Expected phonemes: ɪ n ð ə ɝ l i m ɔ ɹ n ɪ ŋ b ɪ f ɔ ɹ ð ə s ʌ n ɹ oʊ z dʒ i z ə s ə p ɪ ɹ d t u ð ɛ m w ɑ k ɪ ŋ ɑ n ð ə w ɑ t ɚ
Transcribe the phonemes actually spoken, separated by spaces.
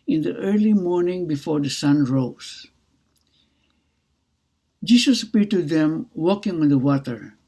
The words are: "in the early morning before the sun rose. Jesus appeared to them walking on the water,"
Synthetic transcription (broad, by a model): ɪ n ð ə ɝ l i m ɔ ɹ n ɪ ŋ b ɪ f ɔ ɹ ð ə s ʌ n ɹ oʊ s dʒ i s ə s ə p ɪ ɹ t u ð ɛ m w ɑ k ɪ ŋ ɑ n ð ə w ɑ t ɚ